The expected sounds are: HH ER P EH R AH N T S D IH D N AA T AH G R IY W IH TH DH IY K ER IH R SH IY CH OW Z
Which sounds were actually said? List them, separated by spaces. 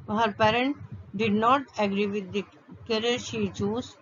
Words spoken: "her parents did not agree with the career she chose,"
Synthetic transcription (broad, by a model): HH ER P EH R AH N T D IH D N AA T AH G R IY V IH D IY K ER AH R SH IY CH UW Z